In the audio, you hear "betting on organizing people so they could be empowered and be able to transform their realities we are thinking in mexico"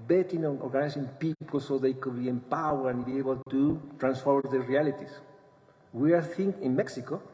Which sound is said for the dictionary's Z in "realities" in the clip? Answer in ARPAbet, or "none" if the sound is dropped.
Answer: S